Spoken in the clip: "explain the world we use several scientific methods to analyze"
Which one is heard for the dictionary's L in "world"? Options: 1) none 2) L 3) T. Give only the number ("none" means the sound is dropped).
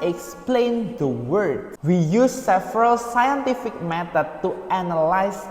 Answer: 1